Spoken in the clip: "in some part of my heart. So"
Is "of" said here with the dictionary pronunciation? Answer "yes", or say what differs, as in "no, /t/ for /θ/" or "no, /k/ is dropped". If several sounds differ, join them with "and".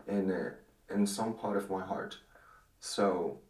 yes